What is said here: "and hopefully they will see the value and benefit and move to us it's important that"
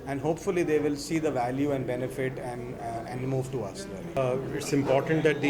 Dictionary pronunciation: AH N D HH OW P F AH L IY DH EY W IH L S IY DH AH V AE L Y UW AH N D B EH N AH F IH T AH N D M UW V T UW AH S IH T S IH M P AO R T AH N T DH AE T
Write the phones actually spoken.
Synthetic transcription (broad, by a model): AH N D HH OW P F AH L IY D EY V IH L S IY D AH V AE L Y UW AH N D B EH N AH F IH T AH N D M UW V T UW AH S IH T S IH M P AO R T AH N T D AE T